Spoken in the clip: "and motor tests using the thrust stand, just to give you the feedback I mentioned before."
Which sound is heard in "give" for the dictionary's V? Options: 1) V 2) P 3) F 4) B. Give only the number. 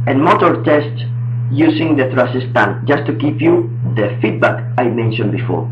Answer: 2